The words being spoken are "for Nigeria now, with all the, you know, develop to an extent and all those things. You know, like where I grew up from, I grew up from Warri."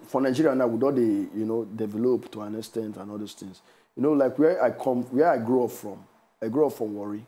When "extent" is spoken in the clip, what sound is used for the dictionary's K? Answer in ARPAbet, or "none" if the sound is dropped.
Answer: none